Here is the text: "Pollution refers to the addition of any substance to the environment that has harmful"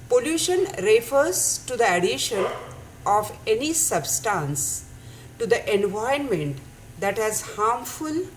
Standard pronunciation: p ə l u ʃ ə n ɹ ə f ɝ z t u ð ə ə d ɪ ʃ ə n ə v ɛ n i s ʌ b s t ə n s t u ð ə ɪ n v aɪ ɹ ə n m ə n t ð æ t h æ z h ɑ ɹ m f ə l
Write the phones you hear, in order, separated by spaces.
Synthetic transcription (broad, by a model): p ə l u ʃ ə n ɹ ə f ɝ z t u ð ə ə d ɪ ʃ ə n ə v ɛ n i s ʌ b s t ə n s t u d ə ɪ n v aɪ ə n m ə n t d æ t h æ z h ɑ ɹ m f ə l